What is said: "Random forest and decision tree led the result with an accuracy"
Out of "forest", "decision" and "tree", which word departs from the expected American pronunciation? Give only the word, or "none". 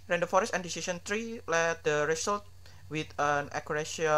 decision